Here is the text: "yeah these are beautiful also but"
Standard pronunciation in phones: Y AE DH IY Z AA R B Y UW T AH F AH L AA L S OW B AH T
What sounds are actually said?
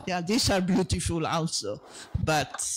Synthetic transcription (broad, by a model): Y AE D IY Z AA R B Y UW T AH F AH L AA N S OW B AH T